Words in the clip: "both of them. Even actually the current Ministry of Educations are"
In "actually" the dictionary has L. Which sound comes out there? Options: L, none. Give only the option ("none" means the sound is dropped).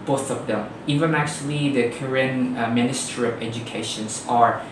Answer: L